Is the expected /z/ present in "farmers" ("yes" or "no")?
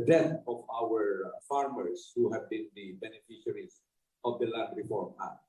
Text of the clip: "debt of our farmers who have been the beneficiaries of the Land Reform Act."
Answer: no